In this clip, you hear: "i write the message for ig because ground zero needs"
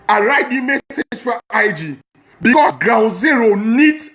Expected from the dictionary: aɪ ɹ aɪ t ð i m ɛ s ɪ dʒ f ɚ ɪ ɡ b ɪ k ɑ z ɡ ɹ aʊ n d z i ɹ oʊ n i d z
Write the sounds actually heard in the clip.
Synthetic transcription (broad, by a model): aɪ ɹ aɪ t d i m ɛ s ɪ dʒ f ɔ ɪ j b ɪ k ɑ s ɡ ɹ aʊ n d z i ɹ oʊ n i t